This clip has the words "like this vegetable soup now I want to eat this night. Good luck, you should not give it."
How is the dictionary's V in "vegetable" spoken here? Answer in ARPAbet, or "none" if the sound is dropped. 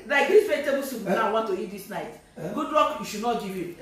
F